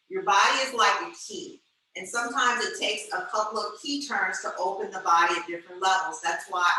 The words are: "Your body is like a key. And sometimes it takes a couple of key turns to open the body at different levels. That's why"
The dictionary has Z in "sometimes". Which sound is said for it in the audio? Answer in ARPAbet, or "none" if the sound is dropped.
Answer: Z